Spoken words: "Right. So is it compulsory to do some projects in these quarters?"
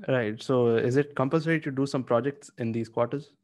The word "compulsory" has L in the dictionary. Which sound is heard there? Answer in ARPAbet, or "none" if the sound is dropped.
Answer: N